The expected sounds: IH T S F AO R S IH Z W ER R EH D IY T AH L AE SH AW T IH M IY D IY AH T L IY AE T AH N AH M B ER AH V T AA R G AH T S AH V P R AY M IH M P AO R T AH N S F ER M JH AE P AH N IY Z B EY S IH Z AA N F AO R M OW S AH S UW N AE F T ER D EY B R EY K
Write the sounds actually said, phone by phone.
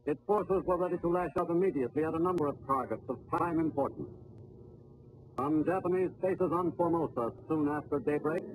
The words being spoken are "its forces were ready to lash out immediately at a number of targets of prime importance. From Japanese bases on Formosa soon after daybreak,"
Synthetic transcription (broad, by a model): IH T S F AO R S IH Z W ER R EH D IY T AH L AE SH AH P IH M IY D IY AH T L IY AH T AH N AH M B ER AH V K AA R G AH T S AH V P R AY M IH M P AO R T N S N JH AE P AH N IY Z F EY S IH Z N F AO R M OW S AH S UW N AE F T ER D EY B R EY K